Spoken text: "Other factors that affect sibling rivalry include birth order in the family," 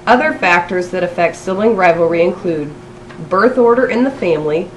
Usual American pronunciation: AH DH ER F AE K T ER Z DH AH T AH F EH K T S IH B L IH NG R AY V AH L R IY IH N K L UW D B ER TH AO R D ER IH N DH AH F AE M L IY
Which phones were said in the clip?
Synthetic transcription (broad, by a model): AH DH ER F AE K T ER Z DH AH T AH F EH K T S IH L IH NG R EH V L R IY IH N K L UW D B ER TH AO R D ER IH N DH AH F AE M L IY